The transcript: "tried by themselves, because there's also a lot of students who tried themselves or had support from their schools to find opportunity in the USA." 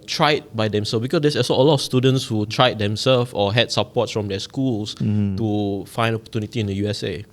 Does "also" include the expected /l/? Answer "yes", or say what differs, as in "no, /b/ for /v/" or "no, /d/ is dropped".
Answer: no, /l/ is dropped